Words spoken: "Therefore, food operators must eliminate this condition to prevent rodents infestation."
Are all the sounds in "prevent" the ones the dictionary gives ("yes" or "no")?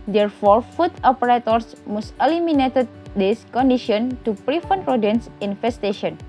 no